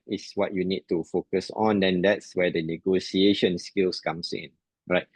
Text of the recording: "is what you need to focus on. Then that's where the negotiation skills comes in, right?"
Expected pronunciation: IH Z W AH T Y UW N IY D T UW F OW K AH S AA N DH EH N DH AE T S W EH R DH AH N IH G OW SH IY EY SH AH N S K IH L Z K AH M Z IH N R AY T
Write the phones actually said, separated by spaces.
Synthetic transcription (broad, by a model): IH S W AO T Y UW N IY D T UW F OW K AH S AA N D EH N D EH T S W EH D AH N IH G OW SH IY EY SH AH N S K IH L S K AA M S IH N R AY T